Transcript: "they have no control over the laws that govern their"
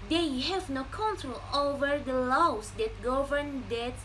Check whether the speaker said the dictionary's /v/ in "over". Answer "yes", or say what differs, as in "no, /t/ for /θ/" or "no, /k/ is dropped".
yes